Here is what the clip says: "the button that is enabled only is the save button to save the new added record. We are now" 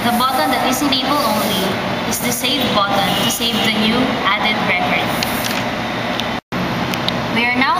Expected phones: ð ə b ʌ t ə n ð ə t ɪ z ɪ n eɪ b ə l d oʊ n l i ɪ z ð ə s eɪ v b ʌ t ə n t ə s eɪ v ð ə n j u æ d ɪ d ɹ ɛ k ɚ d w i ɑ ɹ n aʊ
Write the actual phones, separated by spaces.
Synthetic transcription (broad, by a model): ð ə b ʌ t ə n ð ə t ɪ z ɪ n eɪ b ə l oʊ n l i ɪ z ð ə s eɪ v b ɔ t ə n t ə s eɪ v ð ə n j u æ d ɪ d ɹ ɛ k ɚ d w i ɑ ɹ n aʊ